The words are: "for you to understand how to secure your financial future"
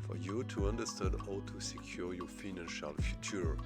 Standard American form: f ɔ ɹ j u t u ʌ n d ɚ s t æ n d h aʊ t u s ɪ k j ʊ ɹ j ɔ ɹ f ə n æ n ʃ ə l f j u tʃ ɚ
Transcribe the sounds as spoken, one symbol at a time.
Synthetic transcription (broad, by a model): f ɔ ɹ j u t u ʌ n d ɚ s t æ n d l t u s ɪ k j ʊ ɹ j ɔ ɹ f ə n æ n ʃ ə l f j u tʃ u